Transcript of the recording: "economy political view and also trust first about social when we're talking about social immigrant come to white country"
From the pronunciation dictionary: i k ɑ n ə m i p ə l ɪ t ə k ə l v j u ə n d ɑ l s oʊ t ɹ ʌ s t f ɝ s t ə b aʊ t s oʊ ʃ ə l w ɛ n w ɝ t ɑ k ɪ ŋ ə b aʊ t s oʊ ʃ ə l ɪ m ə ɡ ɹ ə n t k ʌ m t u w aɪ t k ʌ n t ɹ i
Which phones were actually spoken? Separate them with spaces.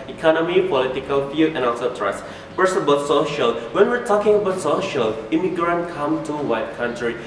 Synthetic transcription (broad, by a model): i k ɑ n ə m i p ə l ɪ t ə k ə l f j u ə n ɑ s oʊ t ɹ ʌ s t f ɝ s ə b aʊ t s oʊ ʃ ə l w ɛ n w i t ɑ k ɪ ŋ ə b aʊ t s oʊ ʃ ə l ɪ m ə ɡ ɹ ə n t k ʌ m t u w aɪ t k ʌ n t ɹ i